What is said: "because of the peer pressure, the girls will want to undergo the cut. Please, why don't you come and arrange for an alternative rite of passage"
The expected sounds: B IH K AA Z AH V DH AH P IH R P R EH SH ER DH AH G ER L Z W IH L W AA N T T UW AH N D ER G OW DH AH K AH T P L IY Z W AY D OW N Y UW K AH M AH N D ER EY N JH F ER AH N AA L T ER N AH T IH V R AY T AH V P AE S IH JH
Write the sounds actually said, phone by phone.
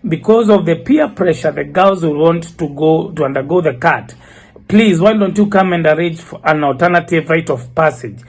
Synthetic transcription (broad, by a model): B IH K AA Z AH V DH AH P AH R P R EH SH ER DH AH G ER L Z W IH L W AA N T T UW AH N D ER G OW DH AH K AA T P L IY Z W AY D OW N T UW K AH M AH N D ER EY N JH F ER AH N AA L T ER N AH T IH V R AY T AH V P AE S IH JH